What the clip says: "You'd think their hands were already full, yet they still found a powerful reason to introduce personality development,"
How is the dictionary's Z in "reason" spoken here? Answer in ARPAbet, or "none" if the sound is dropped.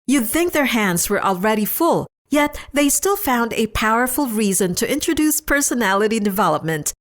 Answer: Z